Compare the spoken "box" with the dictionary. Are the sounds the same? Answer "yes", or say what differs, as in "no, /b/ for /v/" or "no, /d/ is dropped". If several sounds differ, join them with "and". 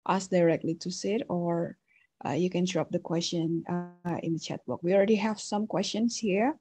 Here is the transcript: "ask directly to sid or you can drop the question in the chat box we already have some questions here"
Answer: no, /s/ is dropped